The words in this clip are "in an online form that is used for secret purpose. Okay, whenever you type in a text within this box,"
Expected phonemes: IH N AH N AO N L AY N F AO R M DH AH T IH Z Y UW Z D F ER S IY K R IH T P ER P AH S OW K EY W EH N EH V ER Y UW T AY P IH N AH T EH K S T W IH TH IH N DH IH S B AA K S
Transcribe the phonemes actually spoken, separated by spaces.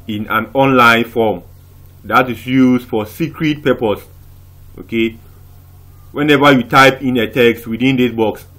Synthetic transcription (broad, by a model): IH N AH N AO N L AY N F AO M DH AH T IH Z Y UW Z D F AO S IY K R IH T P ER P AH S OW K EY W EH N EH V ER Y UW T AY P IH N AH T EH K S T W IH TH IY N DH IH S B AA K S